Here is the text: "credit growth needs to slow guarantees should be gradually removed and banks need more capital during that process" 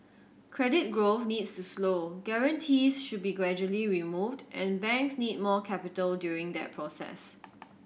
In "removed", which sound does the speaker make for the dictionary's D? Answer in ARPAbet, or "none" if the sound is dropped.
D